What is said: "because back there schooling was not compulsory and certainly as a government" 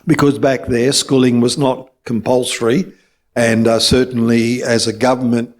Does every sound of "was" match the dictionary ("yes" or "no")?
yes